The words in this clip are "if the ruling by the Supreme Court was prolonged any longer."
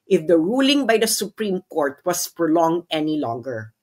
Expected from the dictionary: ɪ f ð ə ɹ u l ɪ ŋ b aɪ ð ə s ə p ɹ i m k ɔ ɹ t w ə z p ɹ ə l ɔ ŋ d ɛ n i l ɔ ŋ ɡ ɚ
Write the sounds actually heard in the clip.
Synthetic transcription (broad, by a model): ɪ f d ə ɹ u l ɪ ŋ b aɪ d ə s ə p ɹ i m k ɔ ɹ t w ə s p ɹ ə l ɔ ŋ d ɛ n i l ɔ ŋ ɡ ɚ